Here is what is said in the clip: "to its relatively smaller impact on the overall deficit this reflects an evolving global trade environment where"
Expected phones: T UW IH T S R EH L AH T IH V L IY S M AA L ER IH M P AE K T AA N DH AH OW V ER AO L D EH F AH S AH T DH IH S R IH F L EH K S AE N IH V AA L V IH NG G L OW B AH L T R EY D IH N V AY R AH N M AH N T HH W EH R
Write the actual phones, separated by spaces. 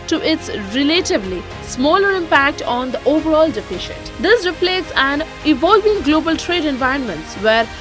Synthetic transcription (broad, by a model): T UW IH T S R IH L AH T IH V L IY S M AA L ER IH M P AE K T AA N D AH OW V ER AO L D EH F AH SH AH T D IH S R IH P L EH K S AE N IH V AA L V IH NG G L OW B AH L T R EY D IH N V AY R AH N M AH N T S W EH R